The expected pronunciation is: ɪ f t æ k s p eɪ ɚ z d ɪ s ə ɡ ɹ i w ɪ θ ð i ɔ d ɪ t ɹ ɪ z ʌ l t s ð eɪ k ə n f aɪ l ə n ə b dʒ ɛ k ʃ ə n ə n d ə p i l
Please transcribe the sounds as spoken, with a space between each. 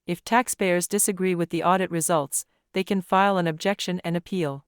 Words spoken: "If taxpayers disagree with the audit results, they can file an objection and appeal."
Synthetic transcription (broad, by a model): ɪ f t æ k s p eɪ ɚ z d ɪ s ə ɡ ɹ i w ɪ ð i ɔ d ɪ t ɹ ɪ z ʌ l t s ð eɪ k ə n f aɪ l ə n ə b dʒ ɛ k ʃ ə n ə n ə p i l